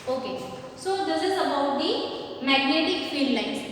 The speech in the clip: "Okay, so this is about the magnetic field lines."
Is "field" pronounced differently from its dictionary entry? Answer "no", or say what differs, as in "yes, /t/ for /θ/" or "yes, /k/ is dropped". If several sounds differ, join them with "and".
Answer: no